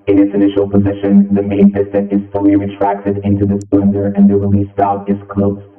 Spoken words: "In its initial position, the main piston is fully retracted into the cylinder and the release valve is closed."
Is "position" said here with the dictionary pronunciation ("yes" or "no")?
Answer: yes